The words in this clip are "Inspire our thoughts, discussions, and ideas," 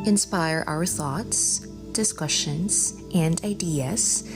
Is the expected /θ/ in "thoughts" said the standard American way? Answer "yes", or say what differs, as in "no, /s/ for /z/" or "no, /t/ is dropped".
yes